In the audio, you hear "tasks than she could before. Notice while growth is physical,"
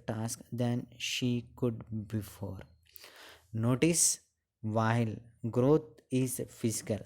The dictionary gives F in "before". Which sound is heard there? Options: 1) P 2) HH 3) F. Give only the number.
3